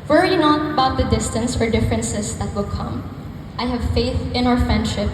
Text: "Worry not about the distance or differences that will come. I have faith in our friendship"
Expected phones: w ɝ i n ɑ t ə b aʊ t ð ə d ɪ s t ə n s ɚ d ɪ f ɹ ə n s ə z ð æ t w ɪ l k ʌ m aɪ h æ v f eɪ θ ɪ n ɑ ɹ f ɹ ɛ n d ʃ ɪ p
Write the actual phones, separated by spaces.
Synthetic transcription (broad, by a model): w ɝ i n ɑ t ə b aʊ t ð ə d ɪ s t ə n s ɚ d ɪ f ɹ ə n s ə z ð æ t w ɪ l k ʌ m aɪ h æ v f eɪ θ ɪ n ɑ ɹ f ɹ ɛ n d ʃ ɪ p